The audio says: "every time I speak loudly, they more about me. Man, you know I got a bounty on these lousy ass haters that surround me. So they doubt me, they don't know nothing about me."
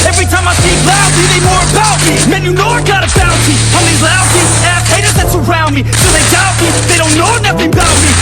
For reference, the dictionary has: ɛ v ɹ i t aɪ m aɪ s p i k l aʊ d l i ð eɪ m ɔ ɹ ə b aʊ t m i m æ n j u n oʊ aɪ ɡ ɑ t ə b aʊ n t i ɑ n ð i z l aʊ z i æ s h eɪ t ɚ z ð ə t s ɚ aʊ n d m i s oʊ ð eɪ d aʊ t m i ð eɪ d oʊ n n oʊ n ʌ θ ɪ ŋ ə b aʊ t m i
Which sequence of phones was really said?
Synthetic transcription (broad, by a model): ɛ v ɹ i t aɪ m aɪ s i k l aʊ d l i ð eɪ m ɔ ɹ ə b aʊ t m i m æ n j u n oʊ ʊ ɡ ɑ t ə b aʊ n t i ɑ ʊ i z l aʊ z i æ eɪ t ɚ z ð ə t s ɚ aʊ n d m i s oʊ ð eɪ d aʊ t m i ð eɪ d oʊ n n oʊ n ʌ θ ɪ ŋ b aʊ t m i